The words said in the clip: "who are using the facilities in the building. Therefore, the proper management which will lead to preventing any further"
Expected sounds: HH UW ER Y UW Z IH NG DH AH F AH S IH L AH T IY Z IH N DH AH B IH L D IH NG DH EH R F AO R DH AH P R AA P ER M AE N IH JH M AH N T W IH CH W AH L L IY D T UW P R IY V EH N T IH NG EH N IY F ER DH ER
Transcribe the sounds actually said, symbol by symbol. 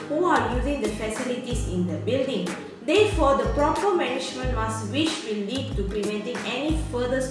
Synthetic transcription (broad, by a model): HH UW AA Y UW Z IH NG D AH F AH S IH L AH T IY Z IH N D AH B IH L D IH NG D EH F AO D AH P R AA P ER M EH N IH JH M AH N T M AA S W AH W L IY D T UW P R IY V EH N T IH NG EH N IY F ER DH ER